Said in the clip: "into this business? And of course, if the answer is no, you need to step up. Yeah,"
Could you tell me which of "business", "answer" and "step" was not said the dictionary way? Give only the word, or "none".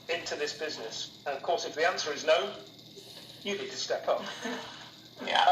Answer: none